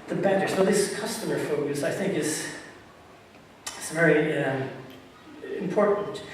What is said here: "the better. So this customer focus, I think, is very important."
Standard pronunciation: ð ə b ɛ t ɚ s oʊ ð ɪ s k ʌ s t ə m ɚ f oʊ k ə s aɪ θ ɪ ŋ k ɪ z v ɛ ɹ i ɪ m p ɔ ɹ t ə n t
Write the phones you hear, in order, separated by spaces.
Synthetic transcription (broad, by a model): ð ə b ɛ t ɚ s oʊ ð ɪ s k ʌ s t ə m ɚ f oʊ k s aɪ θ ɪ ŋ k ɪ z v ɛ ɹ i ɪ m p ɔ ɹ t n t